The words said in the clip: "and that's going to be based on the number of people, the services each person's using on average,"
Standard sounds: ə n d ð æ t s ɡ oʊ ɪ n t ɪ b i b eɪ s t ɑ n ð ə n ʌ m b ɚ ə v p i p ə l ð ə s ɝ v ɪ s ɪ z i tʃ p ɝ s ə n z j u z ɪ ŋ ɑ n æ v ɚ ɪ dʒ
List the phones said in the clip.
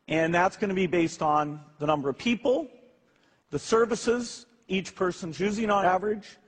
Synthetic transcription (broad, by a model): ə n ð æ t s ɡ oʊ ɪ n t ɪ b i b eɪ s t n ð ə n ʌ m b ɚ ə v p i p l ð ə s ɝ v ɪ s ɪ z i tʃ p ɝ s ə n z j u z ɪ ŋ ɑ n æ v ɚ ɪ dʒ